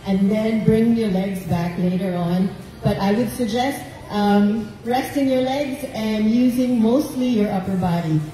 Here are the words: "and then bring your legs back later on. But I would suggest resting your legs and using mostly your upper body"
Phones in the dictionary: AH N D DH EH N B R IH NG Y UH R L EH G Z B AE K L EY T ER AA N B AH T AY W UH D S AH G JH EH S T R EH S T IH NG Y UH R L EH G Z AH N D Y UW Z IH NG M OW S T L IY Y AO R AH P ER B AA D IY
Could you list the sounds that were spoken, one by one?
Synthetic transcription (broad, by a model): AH N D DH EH N B R IH NG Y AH R L EH G Z B AE K L EY T ER AA N B AH T AY W UH D S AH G JH EH S T R EH S T IH NG Y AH R L EH G Z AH N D Y UW Z IH NG M OW S T L IY Y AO R AH P ER B AA D IY